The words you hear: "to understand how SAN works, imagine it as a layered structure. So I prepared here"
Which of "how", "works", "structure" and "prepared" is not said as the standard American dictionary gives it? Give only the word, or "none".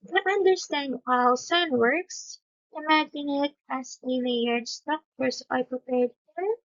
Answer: structure